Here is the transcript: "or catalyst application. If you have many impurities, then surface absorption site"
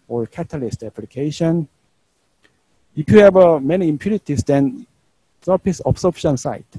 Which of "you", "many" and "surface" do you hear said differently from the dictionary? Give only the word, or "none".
surface